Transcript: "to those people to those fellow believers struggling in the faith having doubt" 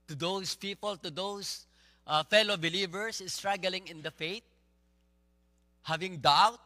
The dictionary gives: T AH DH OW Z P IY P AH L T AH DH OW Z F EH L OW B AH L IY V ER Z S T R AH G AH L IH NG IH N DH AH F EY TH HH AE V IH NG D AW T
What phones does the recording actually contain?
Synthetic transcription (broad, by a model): T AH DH OW S P IY P AH L T AH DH OW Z F EH L OW B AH L IY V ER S S T R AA G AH L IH NG IH N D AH F EY T HH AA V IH NG D AW T